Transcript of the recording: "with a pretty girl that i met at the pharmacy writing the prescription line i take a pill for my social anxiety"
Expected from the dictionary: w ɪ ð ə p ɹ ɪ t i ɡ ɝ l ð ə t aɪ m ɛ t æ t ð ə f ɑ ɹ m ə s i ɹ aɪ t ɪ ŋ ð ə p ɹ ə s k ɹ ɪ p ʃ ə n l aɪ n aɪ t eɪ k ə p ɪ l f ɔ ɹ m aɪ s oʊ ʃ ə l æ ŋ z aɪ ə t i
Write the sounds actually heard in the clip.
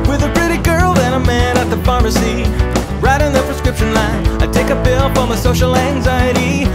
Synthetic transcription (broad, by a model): w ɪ ð ə p ɹ ɪ t i ɡ ɝ l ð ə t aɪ m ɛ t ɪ t ð ə f ɑ ɹ m ə s i ɹ aɪ t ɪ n ð ə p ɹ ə s k ɹ ɪ p ʃ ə n l aɪ n aɪ t eɪ k ə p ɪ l p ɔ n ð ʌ s oʊ ʃ l æ ŋ z aɪ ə t i